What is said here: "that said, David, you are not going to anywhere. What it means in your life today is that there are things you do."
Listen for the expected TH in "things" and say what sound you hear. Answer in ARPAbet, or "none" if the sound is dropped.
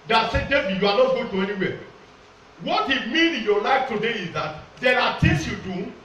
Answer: T